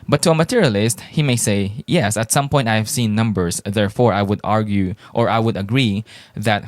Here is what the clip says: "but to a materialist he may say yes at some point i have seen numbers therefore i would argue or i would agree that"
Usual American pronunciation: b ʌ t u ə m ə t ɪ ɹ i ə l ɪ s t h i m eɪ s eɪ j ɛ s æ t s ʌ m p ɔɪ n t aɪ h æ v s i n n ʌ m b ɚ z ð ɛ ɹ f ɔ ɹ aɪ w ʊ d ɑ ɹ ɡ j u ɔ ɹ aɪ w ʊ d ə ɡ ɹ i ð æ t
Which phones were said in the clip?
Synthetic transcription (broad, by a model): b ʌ t u ə m ə t ɪ ɹ i ə l ɪ s t h i m eɪ s eɪ j ɛ s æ t s ʌ m p ɔɪ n t aɪ h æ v s i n n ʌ m b ɚ s ð ɛ ɹ f ɔ ɹ aɪ w ʊ d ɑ ɹ ɡ j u ɔ ɹ aɪ w ʊ d ə ɡ ɹ i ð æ t